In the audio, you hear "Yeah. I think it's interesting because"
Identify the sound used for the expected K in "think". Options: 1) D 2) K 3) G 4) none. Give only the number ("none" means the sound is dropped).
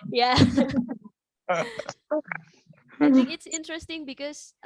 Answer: 4